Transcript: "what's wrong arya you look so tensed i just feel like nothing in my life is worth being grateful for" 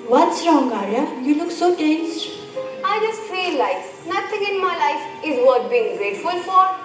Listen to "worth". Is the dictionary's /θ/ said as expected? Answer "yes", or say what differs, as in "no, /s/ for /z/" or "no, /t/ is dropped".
no, /t/ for /θ/